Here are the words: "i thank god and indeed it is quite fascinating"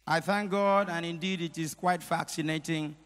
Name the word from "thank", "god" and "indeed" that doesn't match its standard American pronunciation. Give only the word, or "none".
none